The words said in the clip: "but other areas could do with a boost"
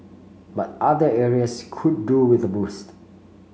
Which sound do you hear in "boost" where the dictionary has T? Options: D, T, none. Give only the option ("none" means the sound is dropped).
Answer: T